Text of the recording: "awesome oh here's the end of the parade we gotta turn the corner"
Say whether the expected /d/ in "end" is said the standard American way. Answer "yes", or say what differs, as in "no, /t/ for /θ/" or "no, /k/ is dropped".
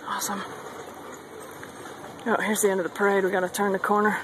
yes